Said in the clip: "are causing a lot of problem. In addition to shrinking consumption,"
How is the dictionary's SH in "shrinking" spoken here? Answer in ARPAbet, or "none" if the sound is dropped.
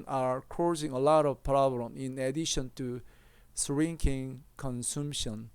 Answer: S